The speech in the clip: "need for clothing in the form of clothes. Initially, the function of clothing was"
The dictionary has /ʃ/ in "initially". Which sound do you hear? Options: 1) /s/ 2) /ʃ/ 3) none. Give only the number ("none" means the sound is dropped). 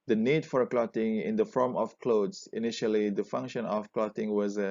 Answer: 2